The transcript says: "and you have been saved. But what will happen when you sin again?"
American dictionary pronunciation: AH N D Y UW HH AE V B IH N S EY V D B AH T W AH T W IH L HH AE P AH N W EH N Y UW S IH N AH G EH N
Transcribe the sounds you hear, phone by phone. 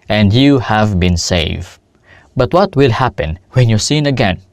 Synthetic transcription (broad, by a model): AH N D Y UW HH AE V B IH N S EY V B AH T W AH T W IH L HH AE P AH N W EH N Y UW S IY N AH G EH N